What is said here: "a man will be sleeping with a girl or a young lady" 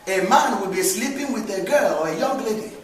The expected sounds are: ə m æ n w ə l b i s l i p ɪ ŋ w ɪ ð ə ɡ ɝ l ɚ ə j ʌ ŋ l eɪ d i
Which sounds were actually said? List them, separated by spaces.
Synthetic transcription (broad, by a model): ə m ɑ n w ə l b i s l i p ɪ ŋ w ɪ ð ə ɡ ɝ l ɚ ə j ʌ ŋ l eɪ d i